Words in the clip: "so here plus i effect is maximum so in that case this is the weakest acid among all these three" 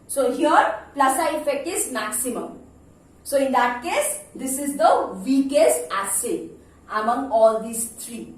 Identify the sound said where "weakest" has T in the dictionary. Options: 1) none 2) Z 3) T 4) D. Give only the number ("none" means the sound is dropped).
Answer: 1